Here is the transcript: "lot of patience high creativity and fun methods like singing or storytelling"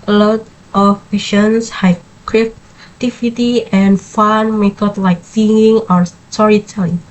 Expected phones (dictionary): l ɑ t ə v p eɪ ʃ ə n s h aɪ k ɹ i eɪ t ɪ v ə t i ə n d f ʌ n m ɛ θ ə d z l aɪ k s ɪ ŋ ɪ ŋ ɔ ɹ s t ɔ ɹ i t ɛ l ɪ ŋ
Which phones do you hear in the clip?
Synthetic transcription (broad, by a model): l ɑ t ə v p eɪ ʃ ə n s h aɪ k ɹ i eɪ t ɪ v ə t i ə n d f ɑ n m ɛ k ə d l aɪ k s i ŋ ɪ ŋ ɔ ɹ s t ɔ ɹ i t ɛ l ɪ